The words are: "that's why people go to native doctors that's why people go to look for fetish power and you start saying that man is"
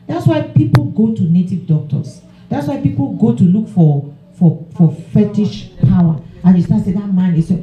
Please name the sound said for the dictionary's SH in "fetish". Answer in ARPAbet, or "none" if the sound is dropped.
SH